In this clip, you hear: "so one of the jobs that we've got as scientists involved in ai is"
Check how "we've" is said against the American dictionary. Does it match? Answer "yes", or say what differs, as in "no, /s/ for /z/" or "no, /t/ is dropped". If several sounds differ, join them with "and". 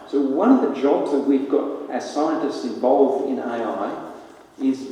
yes